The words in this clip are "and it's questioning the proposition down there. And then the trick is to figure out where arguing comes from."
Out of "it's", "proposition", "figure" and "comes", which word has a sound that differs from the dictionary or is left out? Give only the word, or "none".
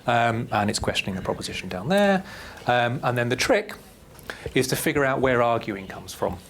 none